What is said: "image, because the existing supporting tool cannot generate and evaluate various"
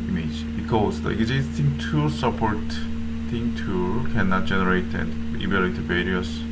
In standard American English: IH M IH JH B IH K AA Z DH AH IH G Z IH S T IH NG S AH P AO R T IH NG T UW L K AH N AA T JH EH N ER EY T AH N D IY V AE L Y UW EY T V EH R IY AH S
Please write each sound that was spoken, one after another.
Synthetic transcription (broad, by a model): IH M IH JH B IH K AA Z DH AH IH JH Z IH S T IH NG S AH P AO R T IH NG T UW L K AH N AA T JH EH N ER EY T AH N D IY B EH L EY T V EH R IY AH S